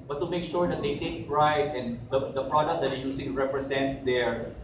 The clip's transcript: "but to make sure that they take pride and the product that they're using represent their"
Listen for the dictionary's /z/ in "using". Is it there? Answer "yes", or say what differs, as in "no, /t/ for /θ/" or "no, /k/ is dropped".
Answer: no, /s/ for /z/